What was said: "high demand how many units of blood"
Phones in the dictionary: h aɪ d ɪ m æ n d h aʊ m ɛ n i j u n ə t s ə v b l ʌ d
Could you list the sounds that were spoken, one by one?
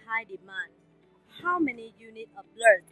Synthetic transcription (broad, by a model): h aɪ d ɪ m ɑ n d h aʊ m ɛ n i j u n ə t ə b l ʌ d